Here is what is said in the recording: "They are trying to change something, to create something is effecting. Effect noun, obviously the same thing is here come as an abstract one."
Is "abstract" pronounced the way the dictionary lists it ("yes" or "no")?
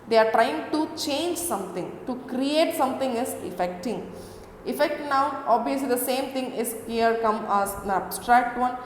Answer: yes